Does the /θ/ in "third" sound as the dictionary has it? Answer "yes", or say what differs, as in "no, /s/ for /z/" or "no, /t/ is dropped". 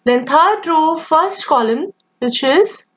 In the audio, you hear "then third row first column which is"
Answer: no, /t/ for /θ/